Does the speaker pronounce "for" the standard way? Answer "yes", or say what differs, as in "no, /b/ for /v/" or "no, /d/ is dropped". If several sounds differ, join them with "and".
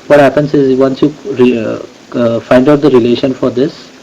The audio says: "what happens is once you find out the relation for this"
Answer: yes